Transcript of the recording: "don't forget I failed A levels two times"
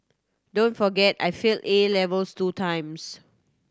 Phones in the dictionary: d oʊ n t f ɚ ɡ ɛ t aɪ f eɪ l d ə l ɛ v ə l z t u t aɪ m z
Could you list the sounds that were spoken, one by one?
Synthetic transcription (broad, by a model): d oʊ n t f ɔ ɡ ɛ t aɪ f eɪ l ə l ɛ v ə l s t u t aɪ m s